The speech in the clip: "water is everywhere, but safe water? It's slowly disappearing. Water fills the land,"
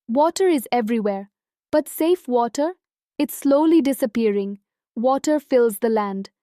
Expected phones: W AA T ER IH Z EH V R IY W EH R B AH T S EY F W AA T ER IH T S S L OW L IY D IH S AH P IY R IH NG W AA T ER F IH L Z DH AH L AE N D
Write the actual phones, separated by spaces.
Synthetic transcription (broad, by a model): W AA T ER IH Z EH V R IY W EH R B AH T S EY F W AA T ER IH T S S L OW L IY D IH S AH P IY R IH NG W AA T ER F IH L Z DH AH L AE N D